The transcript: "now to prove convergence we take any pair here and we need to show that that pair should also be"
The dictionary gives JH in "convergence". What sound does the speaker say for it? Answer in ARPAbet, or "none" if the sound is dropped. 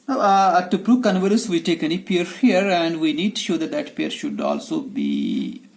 none